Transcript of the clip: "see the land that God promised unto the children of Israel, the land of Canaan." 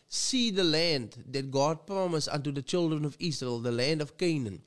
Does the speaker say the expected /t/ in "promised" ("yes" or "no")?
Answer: no